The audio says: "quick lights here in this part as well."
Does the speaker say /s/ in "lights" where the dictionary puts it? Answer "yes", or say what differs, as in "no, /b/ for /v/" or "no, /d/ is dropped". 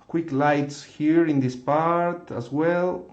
yes